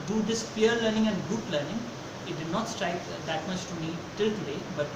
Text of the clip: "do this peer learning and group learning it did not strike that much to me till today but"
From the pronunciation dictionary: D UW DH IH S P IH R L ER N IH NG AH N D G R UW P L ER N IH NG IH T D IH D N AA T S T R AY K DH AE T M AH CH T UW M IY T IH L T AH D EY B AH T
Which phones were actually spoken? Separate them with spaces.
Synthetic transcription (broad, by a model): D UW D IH S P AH R L ER N IH NG AH N D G UH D L ER N IH NG IH T D IH D N AA T S T R AY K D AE T M AH CH T UW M IY T IH L T AH D EY B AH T